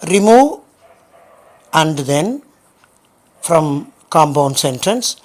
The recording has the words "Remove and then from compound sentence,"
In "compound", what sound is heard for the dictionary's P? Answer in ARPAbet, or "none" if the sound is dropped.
B